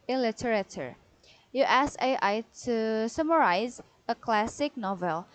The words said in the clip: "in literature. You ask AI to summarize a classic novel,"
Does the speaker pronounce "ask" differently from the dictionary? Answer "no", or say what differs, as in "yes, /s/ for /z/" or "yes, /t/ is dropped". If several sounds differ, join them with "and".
yes, /k/ is dropped